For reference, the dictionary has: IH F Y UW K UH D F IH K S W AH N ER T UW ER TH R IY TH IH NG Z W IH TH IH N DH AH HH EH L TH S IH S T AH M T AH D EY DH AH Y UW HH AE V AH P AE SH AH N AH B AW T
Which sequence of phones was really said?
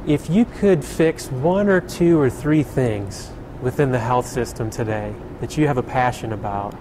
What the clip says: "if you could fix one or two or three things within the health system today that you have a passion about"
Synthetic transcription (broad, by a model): IH F Y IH K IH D F IH K S W AH N ER T UW ER TH R IY TH IH NG Z W IH TH IH N DH AH HH EH L TH S IH S T AH M T AH D EY DH AH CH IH V AH P AE SH AH N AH B AW T